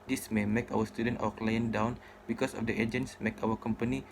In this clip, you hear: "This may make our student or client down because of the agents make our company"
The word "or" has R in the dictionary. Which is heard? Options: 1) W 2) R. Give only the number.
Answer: 1